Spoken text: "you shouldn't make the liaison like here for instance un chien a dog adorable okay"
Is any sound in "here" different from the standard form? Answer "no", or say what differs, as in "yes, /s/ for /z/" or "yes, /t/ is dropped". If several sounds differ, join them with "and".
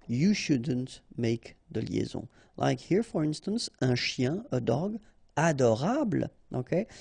no